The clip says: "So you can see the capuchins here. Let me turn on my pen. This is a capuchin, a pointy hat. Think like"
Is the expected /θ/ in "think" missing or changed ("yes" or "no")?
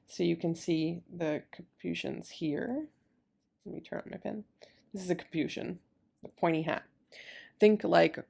no